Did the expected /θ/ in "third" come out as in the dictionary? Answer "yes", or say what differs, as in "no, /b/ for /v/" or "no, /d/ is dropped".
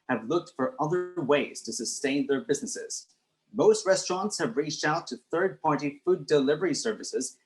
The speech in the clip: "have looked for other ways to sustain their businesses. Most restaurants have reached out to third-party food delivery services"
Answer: yes